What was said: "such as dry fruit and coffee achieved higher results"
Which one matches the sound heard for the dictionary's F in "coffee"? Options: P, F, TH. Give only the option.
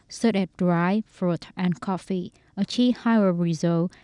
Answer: F